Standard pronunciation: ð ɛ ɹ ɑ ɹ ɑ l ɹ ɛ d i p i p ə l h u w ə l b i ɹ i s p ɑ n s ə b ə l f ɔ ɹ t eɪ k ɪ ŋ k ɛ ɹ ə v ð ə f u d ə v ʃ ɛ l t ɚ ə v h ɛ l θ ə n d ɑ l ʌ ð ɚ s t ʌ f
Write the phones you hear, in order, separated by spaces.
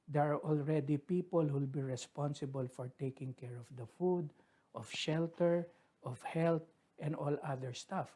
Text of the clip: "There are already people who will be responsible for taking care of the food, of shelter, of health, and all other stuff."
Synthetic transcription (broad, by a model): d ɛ ɹ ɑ ɹ ɑ l ɹ ɛ d i p i p ə l h u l b i ɹ i s p ɑ n s ə b ə l f ɔ ɹ t eɪ k ɪ ŋ k ɛ ɹ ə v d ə f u d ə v ʃ ɛ l t ɚ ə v h ɛ l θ ə n d ɑ l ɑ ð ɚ s t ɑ f